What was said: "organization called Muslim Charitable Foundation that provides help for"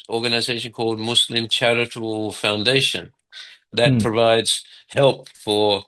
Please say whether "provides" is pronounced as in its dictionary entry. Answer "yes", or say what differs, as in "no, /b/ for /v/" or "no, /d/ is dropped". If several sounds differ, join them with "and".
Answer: yes